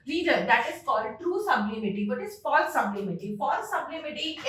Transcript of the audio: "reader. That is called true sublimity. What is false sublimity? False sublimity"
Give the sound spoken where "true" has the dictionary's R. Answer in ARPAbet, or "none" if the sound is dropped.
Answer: R